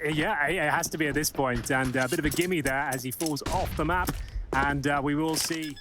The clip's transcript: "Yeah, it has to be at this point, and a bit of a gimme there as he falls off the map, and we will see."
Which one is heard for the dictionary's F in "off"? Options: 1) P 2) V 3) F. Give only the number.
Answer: 3